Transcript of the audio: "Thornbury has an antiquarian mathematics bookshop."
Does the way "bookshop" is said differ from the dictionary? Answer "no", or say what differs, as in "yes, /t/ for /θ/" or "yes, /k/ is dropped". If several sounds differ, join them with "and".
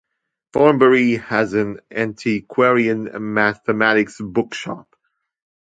no